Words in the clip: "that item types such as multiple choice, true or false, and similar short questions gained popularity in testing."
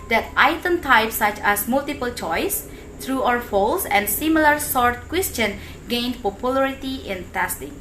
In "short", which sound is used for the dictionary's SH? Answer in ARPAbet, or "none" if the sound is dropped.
S